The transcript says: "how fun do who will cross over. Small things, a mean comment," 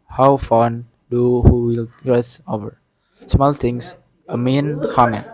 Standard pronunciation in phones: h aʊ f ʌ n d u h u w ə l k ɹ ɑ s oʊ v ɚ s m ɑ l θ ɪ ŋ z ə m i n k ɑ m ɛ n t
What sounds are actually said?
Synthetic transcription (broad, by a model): h aʊ f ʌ n d u h u w ə l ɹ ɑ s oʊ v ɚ s m ɑ l t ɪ ŋ s ə m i n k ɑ m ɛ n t